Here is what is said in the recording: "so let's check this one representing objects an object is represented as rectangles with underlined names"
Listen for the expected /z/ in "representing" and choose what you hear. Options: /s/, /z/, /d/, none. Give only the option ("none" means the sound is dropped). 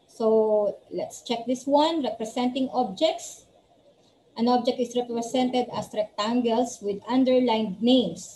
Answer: /s/